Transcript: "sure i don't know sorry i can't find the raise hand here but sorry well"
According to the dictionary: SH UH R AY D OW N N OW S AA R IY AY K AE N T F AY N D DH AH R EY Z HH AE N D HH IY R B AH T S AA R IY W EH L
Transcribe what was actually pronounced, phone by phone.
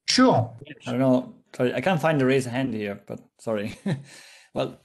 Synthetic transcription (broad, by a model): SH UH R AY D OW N N OW S AA R IY AY K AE N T F AY N D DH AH R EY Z HH AE N D HH IY R B AH T S AA R IY W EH L